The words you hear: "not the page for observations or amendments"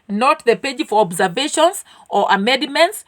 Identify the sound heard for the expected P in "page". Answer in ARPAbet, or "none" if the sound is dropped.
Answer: P